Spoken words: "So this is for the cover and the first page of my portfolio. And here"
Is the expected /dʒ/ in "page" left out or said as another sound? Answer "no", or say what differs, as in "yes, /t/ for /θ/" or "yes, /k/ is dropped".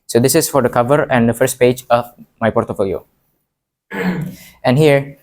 no